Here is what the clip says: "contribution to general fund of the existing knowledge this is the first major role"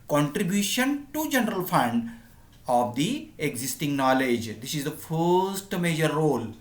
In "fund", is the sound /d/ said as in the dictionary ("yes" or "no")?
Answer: yes